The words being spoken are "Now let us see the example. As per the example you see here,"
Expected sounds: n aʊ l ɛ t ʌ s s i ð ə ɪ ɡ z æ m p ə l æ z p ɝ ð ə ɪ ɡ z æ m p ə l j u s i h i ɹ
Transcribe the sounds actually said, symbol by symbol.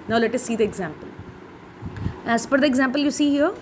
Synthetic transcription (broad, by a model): n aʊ l ɛ t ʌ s s i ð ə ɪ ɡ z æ m p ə l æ s p ɝ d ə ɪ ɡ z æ m p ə l j u s i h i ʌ